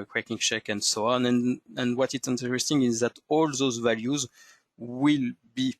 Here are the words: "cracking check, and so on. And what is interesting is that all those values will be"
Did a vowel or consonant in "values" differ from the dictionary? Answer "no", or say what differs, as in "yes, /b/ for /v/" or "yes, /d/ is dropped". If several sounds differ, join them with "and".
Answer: no